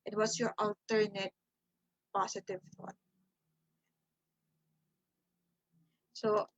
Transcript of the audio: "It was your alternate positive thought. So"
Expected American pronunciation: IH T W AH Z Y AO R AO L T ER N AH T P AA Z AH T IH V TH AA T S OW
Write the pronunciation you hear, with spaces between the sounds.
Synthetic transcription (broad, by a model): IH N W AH S Y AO R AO L T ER N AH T P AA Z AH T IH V TH AA T S OW